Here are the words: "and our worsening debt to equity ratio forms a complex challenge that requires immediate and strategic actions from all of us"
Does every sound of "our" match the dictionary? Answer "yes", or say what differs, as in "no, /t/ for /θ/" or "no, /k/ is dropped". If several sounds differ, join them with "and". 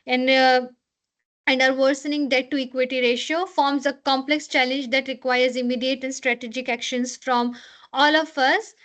yes